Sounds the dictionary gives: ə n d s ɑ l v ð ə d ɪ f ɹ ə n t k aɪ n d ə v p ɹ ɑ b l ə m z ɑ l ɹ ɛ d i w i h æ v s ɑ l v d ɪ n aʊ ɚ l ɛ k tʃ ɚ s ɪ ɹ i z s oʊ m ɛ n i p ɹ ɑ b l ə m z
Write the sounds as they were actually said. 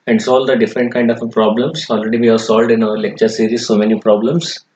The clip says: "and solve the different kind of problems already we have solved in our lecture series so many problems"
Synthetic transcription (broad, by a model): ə n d s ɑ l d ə d ɪ f ɹ ə n t k aɪ n d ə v p ɹ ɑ b l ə m s ɑ l ɹ ɛ d i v i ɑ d s ɑ l v d ɪ n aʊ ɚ l ɛ k tʃ ɚ s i ɹ i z s oʊ m ɛ n i p ɹ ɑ b l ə m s